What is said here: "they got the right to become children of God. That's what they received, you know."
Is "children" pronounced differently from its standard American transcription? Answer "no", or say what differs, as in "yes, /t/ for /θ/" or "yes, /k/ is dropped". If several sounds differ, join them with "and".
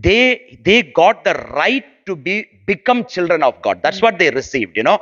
no